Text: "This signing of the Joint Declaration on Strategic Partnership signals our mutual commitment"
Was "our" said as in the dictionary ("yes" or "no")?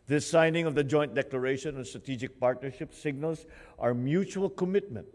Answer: yes